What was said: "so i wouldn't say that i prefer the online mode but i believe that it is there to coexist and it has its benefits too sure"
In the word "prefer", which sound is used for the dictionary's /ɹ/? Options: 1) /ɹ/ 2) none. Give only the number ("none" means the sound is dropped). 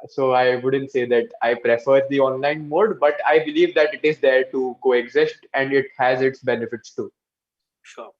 1